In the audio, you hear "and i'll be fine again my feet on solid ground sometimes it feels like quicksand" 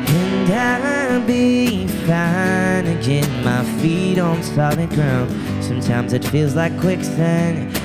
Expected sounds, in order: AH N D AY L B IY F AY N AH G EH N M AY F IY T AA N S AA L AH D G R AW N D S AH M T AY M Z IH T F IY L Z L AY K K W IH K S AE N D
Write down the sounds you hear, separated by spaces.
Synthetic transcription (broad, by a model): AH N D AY B IY F AY N AH G EH N M AY F IY T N S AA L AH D G R AW N D S AH M T AY M Z IH T F IY L Z L AY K K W IH K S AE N